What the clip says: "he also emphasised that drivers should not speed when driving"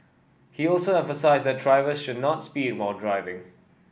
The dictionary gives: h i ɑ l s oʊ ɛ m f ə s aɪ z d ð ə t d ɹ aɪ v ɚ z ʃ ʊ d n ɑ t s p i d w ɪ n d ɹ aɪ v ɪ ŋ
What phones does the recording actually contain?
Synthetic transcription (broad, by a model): h i ɑ l s oʊ ɛ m f ə s aɪ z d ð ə t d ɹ aɪ v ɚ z ʃ ʊ d n ɑ t s p i d w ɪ l d ɹ aɪ v ɪ ŋ